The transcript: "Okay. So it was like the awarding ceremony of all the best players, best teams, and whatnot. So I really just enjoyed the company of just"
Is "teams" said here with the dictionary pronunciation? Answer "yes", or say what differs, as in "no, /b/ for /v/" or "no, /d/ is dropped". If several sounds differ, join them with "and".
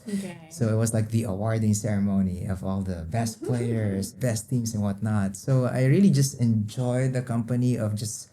no, /s/ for /z/